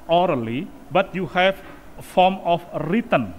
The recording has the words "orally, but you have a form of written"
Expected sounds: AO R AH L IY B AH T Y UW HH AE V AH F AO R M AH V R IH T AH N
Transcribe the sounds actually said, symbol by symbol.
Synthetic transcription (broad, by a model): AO R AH L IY B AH T Y UW HH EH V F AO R M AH F R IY T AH N